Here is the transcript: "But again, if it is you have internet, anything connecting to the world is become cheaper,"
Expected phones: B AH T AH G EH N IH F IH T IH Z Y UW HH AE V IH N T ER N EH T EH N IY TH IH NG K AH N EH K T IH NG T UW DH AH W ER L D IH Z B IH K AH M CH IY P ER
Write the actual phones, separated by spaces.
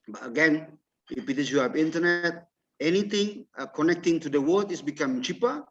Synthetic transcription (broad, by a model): B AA T AH G EH N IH P IH T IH S Y UW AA P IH N T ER N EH T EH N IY T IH NG K AH N EH K T IH NG T UW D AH W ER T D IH S B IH K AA M CH IY P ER